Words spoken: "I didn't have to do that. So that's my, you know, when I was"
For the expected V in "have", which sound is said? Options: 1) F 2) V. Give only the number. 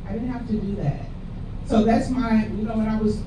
1